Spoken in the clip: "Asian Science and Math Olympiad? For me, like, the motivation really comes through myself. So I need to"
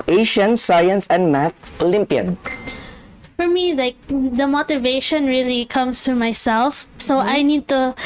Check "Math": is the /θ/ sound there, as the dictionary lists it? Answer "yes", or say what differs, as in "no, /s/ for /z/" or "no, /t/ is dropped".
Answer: no, /t/ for /θ/